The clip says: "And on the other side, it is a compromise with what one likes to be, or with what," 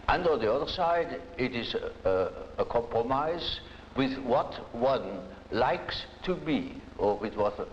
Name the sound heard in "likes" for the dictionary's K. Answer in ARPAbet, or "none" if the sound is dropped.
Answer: K